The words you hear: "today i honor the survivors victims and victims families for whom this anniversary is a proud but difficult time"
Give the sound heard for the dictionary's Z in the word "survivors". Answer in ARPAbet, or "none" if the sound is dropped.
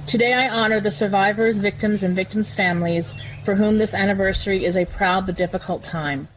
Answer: Z